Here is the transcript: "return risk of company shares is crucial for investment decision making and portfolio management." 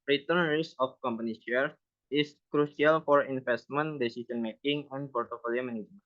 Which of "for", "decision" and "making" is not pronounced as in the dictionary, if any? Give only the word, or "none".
decision